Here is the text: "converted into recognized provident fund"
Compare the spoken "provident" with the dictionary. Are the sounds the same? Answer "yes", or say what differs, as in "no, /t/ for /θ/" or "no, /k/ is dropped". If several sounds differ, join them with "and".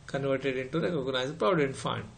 no, /v/ is dropped